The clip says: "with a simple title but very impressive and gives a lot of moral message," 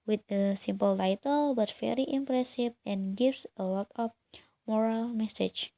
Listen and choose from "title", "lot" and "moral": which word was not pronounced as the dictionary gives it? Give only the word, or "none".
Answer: lot